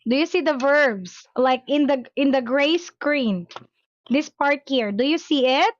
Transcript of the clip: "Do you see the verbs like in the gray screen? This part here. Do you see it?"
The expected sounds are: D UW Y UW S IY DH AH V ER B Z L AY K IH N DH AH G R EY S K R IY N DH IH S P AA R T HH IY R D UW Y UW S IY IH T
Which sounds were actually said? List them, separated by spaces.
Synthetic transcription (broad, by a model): D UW Y UW S IY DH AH V ER B S L AY K IH N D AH G R EY S K R IY N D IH S P AA R T HH IY R D UW Y UW S IY IH T